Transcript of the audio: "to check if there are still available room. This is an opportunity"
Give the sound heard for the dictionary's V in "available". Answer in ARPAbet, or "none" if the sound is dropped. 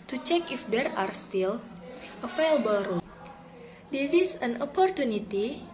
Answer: F